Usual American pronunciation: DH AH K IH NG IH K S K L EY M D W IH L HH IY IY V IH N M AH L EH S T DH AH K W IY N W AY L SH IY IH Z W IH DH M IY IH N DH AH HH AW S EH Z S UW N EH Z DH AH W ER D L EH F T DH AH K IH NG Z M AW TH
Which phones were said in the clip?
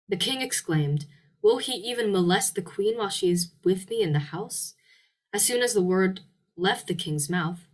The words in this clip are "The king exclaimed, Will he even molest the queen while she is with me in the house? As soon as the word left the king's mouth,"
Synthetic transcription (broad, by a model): DH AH K IH NG IH K S K L EY M D W IH L IY IY V IH N M AH L EH S T DH AH K W IY N W AY L SH IY IH Z W IH DH M IY IH N DH AH HH AW S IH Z S UW N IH Z DH AH W ER D L EH F T DH AH K IH NG Z M AW TH